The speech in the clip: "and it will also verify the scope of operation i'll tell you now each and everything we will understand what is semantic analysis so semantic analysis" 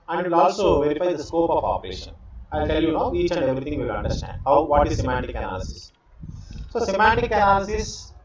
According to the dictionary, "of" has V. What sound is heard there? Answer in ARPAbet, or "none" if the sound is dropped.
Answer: P